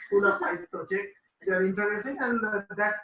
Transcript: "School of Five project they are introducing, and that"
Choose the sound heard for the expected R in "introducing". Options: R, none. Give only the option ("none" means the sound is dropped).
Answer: none